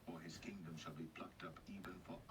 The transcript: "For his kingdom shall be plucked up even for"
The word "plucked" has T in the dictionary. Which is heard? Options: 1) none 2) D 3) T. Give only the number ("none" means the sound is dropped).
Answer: 3